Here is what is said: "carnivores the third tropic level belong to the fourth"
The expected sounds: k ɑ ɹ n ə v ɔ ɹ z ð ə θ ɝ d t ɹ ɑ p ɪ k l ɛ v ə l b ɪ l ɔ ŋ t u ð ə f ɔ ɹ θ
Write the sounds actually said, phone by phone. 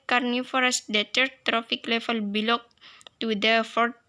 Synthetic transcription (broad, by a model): k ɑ ɹ n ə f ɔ ɹ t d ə t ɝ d t ɹ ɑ f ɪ k l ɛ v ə l b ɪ l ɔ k t u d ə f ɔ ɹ